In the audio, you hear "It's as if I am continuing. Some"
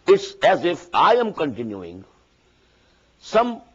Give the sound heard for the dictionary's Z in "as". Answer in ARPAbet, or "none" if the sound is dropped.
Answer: Z